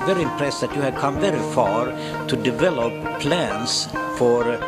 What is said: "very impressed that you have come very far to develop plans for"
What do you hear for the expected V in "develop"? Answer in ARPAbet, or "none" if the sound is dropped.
V